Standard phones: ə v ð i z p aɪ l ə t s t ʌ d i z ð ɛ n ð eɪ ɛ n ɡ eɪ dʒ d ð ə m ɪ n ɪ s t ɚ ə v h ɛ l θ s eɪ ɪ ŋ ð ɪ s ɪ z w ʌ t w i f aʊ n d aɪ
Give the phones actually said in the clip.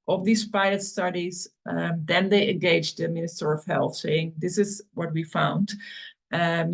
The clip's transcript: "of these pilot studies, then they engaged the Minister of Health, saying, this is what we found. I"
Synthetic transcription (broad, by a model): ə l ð i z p aɪ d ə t s t ʌ d i z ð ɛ n ð eɪ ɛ n ɡ eɪ dʒ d ð ə m ɪ n ɪ s t ɚ ə v h ɛ l θ s eɪ ɪ ŋ ð ɪ s ɪ z w ʌ t w i f aʊ n d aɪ